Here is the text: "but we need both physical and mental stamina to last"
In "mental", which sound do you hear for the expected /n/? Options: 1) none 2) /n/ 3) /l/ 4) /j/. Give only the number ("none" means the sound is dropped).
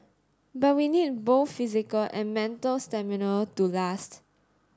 2